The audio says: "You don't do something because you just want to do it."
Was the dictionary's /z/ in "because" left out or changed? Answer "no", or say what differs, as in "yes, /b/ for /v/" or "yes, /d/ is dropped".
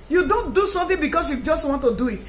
yes, /s/ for /z/